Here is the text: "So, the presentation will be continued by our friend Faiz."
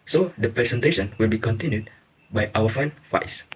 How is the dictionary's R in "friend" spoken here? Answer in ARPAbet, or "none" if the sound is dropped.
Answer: none